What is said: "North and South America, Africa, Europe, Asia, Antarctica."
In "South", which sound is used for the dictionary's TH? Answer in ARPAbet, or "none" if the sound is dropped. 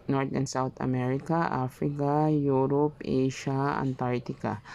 T